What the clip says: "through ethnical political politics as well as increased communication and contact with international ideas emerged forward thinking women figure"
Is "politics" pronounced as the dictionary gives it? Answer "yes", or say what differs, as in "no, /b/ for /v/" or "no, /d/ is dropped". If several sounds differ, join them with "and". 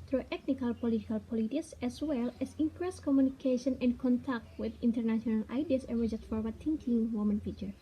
yes